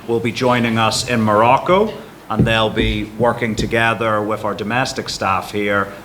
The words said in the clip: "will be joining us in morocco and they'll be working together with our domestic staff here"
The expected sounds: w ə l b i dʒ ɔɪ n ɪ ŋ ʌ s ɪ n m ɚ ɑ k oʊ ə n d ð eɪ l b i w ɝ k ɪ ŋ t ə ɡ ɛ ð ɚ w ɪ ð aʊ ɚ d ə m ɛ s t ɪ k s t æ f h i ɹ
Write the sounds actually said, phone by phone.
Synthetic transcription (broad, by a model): w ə l b i dʒ ɔɪ n ɪ ŋ ʌ s ɪ n m ɚ ɑ k oʊ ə n ð eɪ l b i w ɝ k ɪ ŋ t ə ɡ ɛ ð ɚ w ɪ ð aʊ ɚ d ə m ɛ s t ɪ k s t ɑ f h i ɹ